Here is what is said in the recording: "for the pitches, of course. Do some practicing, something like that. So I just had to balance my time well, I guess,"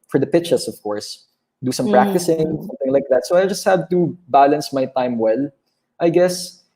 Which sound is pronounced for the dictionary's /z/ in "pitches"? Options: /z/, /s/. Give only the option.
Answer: /s/